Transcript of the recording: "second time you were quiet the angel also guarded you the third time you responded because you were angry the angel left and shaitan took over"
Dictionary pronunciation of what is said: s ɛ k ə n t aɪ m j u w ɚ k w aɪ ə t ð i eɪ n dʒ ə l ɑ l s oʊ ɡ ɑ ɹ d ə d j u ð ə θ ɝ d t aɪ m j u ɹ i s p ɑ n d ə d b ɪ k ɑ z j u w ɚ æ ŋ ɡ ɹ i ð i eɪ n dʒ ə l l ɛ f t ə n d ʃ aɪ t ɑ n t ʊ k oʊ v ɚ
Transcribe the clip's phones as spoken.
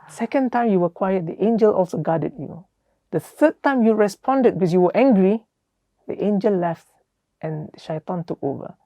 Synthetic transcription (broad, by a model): s ɛ k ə n t aɪ m j u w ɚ k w aɪ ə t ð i eɪ n dʒ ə l ɑ l s oʊ ɡ ɑ d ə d j u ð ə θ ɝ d t aɪ m j u ɹ i s p ɑ n d ə d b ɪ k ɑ s j u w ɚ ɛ ŋ ɡ ɹ i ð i eɪ n dʒ ə l l ɛ f t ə n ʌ ʃ aɪ t ɑ n t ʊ k oʊ v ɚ